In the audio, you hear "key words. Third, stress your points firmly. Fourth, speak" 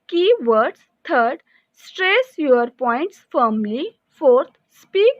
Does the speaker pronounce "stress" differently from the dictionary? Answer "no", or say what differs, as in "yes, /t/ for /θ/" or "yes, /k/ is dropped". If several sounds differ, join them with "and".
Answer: no